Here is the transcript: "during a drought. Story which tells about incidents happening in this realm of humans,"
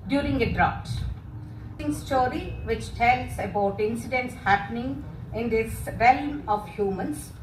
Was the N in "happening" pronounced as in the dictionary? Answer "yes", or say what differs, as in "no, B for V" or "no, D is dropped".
yes